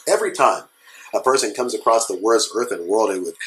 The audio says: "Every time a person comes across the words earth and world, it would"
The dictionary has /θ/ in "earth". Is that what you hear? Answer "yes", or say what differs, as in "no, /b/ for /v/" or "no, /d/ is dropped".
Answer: yes